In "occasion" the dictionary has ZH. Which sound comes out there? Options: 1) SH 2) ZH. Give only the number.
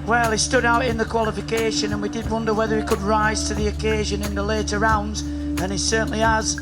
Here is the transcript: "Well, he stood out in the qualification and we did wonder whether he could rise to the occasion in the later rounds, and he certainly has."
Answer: 2